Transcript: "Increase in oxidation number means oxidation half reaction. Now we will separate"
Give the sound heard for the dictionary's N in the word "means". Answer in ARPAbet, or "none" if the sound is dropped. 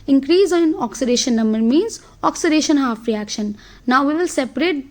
N